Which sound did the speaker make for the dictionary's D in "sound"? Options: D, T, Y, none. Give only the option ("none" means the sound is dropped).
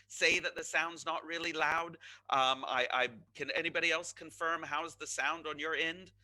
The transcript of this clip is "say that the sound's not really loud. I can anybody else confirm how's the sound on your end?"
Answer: D